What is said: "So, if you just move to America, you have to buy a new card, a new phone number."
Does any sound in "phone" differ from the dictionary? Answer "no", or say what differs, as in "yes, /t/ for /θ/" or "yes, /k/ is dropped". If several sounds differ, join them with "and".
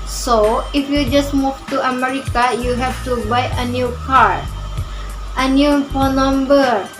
yes, /p/ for /f/